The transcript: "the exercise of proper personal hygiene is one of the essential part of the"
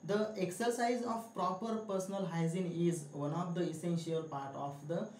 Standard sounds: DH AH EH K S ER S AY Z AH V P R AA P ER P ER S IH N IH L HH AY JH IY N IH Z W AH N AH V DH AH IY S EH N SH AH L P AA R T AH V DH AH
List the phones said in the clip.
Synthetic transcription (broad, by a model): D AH EH K S ER S AY Z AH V P R AA P ER P ER S IH N IH L HH AY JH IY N IH Z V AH N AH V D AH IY S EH N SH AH L P AA R T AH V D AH